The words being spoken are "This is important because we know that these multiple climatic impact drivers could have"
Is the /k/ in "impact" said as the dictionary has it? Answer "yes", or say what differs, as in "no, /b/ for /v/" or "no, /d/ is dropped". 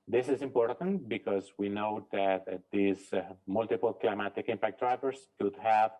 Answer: yes